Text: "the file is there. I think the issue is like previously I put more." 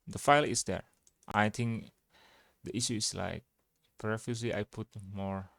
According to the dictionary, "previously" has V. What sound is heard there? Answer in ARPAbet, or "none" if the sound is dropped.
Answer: F